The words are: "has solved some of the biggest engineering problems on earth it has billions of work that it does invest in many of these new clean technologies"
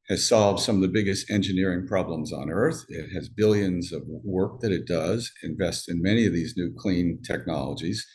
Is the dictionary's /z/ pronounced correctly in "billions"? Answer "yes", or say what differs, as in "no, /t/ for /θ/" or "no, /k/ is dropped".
yes